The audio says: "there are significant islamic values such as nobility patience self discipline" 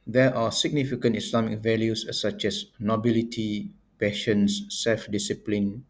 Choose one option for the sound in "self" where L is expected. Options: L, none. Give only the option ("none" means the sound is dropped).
L